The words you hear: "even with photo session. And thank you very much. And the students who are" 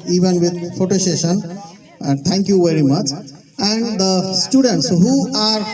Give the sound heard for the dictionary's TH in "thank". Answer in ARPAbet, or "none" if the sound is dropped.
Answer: T